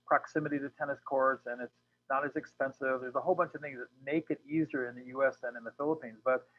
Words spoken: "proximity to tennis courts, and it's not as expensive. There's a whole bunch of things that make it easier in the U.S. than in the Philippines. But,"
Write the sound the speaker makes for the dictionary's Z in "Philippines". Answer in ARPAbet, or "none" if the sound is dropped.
Z